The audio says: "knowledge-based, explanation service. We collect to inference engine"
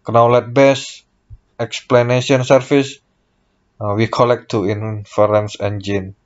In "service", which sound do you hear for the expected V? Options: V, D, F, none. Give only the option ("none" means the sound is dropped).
F